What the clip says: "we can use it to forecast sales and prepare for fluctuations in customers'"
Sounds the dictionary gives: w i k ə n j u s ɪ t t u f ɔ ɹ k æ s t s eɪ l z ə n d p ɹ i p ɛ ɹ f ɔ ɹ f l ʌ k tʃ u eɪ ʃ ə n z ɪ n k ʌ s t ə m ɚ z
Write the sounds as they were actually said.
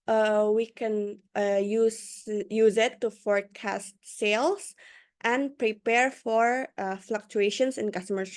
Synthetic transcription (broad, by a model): w i k ə n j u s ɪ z t u f ɔ ɹ k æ s t s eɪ l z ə n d p ɹ i p ɛ ɹ f ɔ ɹ f l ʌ k tʃ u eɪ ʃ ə n s ɪ n k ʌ s t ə m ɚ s